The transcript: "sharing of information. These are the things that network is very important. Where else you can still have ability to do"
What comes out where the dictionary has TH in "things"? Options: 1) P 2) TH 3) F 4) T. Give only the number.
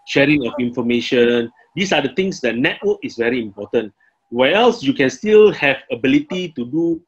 4